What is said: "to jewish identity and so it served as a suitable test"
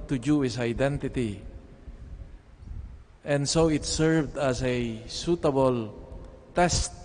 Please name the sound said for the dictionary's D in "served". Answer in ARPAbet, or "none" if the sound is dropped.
D